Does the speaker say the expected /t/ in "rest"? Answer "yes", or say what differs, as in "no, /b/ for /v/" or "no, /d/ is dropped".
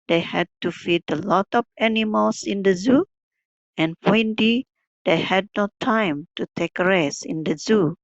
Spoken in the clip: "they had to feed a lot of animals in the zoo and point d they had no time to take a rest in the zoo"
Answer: no, /t/ is dropped